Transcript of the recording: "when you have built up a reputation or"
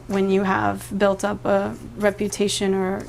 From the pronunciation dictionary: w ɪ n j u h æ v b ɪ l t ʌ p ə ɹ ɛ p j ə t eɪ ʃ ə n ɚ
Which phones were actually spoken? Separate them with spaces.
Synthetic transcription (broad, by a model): w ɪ n j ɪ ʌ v b ɪ l t ʌ p ə ɹ ɛ p j ə t eɪ ʃ ə n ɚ